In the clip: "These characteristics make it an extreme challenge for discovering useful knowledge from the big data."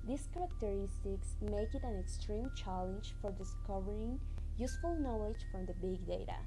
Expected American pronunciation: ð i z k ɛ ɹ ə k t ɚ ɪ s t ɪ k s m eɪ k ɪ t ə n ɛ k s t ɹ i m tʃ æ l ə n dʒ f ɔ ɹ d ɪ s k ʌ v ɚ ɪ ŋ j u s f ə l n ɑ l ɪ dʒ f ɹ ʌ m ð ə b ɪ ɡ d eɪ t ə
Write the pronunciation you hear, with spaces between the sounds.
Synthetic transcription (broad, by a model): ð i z k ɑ ɹ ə k t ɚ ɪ s t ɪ k s m eɪ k ɪ t ə n ɛ k s t ɹ i m tʃ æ l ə n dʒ f ɔ ɹ d ɪ s k ʌ v ɚ ɪ ŋ j u s f ə l n ɑ l ɪ dʒ f ɹ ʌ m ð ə b ɪ ɡ d eɪ t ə